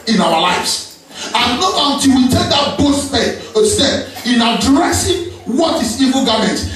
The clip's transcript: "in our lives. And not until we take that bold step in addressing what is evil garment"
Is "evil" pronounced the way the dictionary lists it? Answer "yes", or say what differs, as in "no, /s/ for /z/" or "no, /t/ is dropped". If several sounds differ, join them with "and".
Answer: yes